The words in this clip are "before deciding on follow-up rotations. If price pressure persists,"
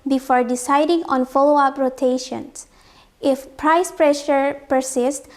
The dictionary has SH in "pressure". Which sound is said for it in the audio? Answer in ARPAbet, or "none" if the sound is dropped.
SH